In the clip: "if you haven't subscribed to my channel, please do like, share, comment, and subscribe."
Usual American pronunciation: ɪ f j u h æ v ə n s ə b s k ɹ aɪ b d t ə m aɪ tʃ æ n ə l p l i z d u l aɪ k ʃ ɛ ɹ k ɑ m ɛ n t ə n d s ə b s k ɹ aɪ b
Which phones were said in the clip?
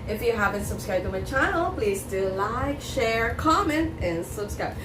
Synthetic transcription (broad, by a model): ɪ f j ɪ h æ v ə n s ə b s k ɹ aɪ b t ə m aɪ tʃ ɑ ə l p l i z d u l aɪ k ʃ ɛ ɹ k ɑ m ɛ n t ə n s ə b s k ɹ aɪ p